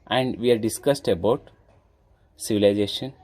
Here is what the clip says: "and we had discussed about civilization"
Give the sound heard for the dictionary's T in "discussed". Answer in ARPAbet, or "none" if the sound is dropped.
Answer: T